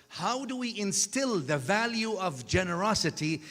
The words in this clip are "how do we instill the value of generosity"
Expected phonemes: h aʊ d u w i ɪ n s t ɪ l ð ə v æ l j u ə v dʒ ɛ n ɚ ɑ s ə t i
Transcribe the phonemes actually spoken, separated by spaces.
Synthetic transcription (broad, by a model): h aʊ d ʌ w i ɪ n s t ɪ l ð ə v æ l j u ə v dʒ ɛ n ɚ ɑ s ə t i